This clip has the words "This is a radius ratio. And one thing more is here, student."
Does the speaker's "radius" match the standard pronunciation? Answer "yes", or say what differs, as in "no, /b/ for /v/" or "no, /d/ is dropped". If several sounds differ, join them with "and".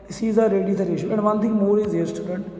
no, /s/ is dropped